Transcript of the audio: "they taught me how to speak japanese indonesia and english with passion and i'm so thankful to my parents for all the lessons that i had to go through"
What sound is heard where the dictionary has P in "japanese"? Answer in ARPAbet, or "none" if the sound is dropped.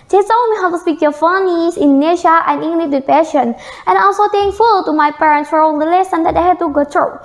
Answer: F